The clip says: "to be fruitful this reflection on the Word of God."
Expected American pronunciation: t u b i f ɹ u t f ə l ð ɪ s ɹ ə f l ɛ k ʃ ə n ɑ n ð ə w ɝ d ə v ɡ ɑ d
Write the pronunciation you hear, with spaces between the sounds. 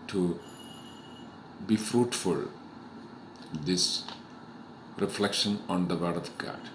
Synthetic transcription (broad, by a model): t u b i f ɹ u t f ə l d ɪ s ɹ ə f l ɛ k ʃ ə n ɑ n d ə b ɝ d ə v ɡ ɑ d